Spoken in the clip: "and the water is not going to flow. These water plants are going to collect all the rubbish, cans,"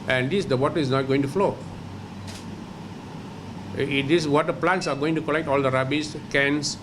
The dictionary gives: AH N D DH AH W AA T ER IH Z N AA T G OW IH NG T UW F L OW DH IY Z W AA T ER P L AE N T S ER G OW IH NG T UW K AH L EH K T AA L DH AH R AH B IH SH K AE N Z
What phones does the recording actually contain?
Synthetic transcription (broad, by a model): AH N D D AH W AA T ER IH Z N AA T G OW IH NG T UW F L OW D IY S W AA T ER P L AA N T S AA G OW IH NG T UW K AH L EH K T AA L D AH R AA B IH S K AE N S